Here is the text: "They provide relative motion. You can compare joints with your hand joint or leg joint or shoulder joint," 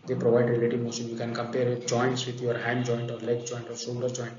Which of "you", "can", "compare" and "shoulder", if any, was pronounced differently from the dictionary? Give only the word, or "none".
shoulder